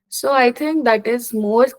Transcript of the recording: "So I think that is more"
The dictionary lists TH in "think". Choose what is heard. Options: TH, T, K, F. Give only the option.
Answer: T